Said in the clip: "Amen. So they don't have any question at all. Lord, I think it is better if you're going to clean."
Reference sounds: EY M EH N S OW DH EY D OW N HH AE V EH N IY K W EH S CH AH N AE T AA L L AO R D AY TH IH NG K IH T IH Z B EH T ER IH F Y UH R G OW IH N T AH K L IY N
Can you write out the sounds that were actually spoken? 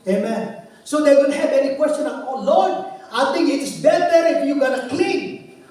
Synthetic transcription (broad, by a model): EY M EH N S OW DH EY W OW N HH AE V EH N IY K W EH S CH AH N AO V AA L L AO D AY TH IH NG IH T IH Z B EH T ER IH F Y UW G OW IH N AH K L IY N